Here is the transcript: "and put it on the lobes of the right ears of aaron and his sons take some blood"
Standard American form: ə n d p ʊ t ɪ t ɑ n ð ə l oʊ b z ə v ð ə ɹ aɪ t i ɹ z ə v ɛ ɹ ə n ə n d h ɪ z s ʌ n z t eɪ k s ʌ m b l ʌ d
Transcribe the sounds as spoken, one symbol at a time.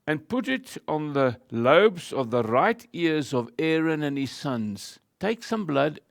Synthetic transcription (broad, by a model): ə n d p ʊ t ɪ t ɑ n ð ə l oʊ b z ə v ð ə ɹ aɪ t i ɹ z ə v ɛ ɹ ə n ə n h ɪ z s ʌ n z t eɪ k s ʌ m b l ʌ d